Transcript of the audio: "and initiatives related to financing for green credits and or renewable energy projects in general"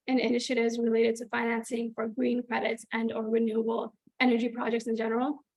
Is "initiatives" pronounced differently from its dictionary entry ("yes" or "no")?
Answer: no